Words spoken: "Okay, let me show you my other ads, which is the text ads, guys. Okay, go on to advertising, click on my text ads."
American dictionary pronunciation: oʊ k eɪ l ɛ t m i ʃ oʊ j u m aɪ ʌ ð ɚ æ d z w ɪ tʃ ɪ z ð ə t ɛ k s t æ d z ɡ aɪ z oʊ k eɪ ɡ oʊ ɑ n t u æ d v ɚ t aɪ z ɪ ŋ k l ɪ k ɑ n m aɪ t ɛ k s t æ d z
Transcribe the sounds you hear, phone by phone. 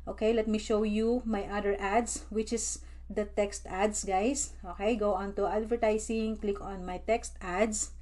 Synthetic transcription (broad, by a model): oʊ k eɪ l ɛ t m i ʃ oʊ j u m aɪ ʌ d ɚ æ d s w ɪ tʃ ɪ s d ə t ɛ k s t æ d s ɡ aɪ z oʊ k eɪ ɡ oʊ ɑ n t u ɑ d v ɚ t aɪ s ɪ ŋ k l ɪ k ɑ n m aɪ t ɛ k s t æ d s